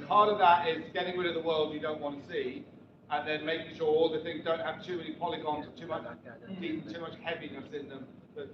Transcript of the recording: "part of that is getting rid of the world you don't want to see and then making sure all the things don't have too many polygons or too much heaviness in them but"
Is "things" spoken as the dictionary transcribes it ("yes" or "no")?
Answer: yes